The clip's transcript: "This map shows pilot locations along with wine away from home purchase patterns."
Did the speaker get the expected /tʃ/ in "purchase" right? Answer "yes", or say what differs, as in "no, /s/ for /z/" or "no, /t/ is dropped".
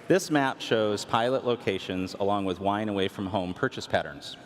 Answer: yes